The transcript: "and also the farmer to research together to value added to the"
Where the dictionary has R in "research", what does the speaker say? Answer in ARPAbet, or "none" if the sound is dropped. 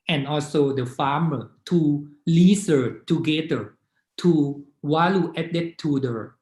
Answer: L